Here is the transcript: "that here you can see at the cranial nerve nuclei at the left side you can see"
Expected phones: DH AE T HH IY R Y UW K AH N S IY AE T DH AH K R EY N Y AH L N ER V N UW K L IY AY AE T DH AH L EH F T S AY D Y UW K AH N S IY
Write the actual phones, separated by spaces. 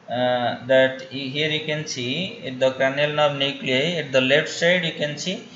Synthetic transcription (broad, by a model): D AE T HH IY R Y UW K AH N S IY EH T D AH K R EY N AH L N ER B N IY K L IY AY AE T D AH L EH F T S AY D Y UW K AH N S IY